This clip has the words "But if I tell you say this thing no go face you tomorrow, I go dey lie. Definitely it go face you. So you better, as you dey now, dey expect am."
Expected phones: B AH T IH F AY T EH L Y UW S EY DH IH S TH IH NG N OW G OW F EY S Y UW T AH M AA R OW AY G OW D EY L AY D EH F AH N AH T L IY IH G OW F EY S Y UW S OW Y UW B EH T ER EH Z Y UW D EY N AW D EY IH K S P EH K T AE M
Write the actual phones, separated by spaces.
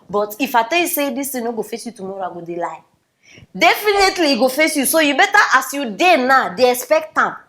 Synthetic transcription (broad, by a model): B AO T IH F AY T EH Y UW S EY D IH S T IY N OW G OW F EY S Y UW T AH M AA R OW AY G OW D EY L AY D EH F AH N AH T L IY G OW F EY S Y UW S OW Y UW B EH T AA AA S Y UW D EY N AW D EY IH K S P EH K T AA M